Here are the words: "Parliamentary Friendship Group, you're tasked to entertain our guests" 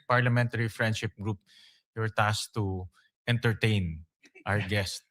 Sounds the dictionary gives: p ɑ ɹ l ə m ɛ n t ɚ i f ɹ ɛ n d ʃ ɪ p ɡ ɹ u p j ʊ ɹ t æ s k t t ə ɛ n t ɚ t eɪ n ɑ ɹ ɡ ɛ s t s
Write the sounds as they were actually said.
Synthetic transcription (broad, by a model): p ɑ ɹ l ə m ɛ n t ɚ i f ɹ ɛ n d ʃ ɪ p ɡ ɹ u p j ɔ ɹ t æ s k t t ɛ n t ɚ t eɪ n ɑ w ɡ ɛ s t